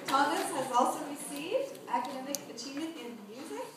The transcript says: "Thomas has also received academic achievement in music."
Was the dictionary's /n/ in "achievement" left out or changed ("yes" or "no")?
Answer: yes